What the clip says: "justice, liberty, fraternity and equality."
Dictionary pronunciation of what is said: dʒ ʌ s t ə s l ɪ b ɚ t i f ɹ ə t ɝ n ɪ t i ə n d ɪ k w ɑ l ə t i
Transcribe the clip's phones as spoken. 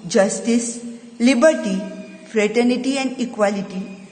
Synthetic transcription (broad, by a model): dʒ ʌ s t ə s l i b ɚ t i f ɹ ə t ɝ n ɪ t i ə n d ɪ k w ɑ l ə t i